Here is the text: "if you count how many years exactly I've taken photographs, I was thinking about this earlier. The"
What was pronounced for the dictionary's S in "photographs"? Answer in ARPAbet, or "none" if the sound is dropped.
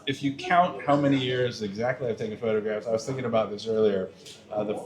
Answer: S